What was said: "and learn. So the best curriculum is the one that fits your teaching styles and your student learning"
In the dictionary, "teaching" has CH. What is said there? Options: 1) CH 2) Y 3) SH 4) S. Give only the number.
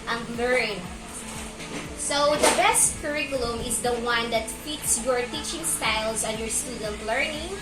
1